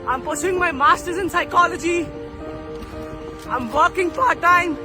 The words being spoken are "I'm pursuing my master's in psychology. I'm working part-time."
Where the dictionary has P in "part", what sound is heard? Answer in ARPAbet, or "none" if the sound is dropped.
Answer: F